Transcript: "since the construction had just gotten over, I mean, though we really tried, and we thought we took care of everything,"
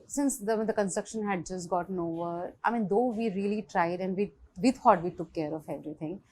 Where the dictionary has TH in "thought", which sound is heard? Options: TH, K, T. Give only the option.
T